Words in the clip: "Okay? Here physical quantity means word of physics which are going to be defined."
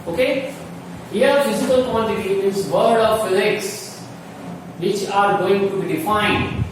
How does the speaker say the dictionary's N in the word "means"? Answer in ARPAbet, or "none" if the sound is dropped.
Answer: none